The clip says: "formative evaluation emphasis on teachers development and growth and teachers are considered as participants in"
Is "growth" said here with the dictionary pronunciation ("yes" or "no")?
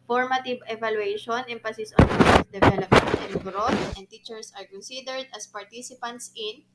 no